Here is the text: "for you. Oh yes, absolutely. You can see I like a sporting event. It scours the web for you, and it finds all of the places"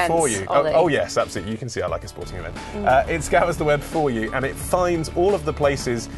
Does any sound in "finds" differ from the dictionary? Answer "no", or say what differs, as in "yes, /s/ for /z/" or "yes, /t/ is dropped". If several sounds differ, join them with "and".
no